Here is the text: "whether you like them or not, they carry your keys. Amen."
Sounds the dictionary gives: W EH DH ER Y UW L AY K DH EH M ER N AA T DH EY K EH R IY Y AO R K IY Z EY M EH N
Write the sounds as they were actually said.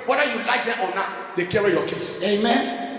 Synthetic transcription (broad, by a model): W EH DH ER Y UW L AY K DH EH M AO N AA T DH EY K EH R IY Y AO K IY S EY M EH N